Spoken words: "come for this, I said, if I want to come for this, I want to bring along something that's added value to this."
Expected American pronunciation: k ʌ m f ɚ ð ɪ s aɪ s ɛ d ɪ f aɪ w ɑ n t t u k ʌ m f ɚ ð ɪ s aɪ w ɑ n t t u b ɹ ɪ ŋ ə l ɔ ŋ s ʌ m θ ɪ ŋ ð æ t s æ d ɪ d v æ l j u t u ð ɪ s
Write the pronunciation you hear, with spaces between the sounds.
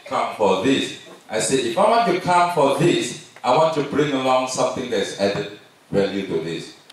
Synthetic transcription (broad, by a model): k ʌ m f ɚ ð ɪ s aɪ s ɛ ɪ f aɪ w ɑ n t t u k ʌ m f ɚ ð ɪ s aɪ w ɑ n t t u b ɹ ɪ ŋ ə l ɔ ŋ s ʌ m θ ɪ ŋ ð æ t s æ d ɪ d w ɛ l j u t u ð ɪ s